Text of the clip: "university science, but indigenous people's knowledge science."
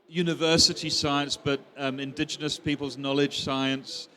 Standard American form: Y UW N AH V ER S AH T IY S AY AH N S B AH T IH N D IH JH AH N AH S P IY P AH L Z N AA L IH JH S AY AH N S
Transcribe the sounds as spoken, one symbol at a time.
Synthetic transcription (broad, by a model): Y UW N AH V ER S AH T IY S AY AH N S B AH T IH N D IH JH AH N AH S P IY P AH L Z N AA L IH JH S AY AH N S